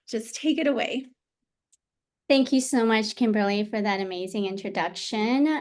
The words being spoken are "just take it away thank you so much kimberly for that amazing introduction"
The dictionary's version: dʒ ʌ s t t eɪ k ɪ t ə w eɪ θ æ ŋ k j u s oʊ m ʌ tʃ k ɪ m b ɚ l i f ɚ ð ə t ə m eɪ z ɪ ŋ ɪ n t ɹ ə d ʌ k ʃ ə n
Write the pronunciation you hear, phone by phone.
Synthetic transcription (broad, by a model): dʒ ʌ s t t eɪ k ɪ t ə w eɪ θ æ ŋ k j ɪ s oʊ m ʌ tʃ k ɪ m b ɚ l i f ɚ ð ə t ə m eɪ z ɪ ŋ ɪ n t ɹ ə d ʌ k ʃ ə n